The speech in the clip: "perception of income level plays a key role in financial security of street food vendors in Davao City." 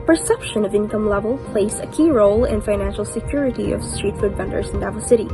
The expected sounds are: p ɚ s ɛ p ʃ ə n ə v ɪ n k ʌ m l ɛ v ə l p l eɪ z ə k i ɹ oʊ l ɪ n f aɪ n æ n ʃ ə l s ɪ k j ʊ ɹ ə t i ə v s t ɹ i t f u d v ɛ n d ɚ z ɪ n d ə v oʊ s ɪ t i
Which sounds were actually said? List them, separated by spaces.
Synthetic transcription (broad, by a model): p ɚ s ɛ p ʃ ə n ə v ɪ n k ʌ m l ɛ v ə l p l eɪ s ə k i ɹ oʊ l ɪ n f aɪ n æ n ʃ l s ɪ k j ʊ ɹ ə t i ə v s t ɹ i t f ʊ d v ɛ n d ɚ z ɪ n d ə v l s ɪ t i